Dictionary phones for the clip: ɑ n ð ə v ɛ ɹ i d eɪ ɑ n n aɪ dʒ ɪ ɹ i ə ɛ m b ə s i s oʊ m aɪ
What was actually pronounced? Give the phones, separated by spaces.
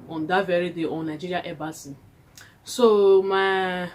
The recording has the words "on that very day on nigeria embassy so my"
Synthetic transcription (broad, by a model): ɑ n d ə v ɛ ɹ i d eɪ ɑ n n aɪ dʒ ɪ ɹ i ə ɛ b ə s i s oʊ m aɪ